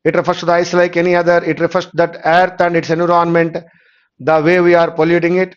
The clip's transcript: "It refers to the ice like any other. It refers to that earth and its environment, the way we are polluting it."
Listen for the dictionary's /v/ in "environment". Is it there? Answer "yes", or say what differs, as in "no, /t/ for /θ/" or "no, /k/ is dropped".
no, /v/ is dropped